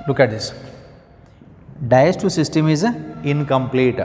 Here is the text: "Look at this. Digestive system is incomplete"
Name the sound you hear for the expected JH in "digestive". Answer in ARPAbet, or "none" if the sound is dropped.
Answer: none